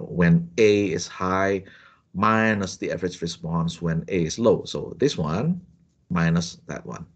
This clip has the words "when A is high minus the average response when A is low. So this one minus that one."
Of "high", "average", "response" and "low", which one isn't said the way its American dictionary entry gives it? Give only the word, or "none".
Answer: average